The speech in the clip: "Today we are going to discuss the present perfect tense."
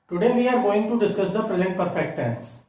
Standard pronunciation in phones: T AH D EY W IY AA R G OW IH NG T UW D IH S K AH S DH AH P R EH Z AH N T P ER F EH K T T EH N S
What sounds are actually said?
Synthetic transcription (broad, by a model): T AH D EY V IY AA R G OW IH NG T UW D IH S K AH S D AH P R EH Z AH N T P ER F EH K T T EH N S